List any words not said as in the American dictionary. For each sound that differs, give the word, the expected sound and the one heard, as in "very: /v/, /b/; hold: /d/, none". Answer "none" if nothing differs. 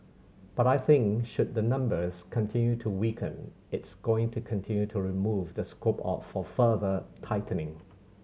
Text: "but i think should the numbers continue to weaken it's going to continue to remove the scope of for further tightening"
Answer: none